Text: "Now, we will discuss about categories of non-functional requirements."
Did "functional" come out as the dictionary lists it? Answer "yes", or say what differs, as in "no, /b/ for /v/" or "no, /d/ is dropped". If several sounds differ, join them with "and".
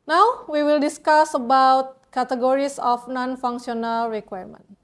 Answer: no, /s/ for /ʃ/